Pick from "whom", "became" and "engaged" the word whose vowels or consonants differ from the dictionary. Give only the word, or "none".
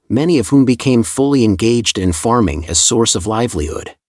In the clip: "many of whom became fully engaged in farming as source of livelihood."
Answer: none